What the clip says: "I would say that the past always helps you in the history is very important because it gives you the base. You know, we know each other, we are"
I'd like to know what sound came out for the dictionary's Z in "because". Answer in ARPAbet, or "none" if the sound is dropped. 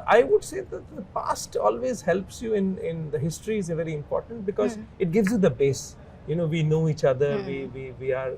Z